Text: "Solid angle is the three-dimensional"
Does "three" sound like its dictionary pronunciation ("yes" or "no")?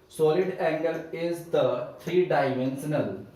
no